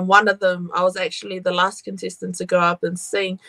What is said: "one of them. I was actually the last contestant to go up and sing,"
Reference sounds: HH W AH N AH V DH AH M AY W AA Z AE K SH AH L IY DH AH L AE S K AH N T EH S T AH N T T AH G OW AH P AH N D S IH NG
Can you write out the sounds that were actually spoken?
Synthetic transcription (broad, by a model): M W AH N AH V DH AH M AY W AA Z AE K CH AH L IY DH AH L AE S K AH N S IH S T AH N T T AH G OW AH P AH N S IH NG